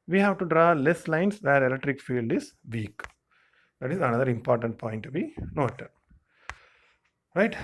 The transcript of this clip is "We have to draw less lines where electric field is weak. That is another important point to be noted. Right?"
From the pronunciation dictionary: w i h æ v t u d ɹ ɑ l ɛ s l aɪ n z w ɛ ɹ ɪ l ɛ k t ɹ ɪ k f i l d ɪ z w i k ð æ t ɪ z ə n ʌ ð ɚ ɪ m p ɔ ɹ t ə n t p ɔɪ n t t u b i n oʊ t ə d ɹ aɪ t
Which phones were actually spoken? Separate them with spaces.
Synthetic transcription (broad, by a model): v i h æ v t u d ɹ ɑ l ɛ s l aɪ n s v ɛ ɹ ɪ l ɛ k t ɹ ɪ k f i l d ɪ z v i k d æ t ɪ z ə n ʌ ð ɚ ɪ m p ɔ ɹ t ə n t p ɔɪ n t t u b i n oʊ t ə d ɹ aɪ t